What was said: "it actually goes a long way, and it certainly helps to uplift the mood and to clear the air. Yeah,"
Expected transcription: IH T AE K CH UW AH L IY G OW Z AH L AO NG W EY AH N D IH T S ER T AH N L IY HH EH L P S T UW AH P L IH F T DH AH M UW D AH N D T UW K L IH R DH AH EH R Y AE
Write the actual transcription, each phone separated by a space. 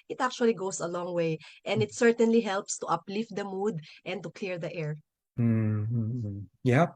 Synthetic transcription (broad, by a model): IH T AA K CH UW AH L IY G OW S AH L AO NG W EY AH N D IH T S ER T AH N L IY HH EH L P S T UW AH P L IH F T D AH M UW D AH N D T UW K L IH R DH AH EH R Y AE